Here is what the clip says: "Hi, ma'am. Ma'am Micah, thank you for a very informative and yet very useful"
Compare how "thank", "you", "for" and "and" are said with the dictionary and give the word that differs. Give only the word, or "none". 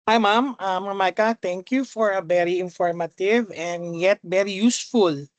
thank